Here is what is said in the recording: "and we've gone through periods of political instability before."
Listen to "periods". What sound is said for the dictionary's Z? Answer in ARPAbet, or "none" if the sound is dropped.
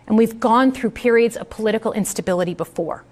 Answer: Z